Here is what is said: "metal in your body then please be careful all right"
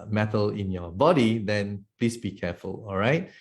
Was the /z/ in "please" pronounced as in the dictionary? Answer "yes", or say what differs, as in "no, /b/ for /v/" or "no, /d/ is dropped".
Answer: no, /s/ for /z/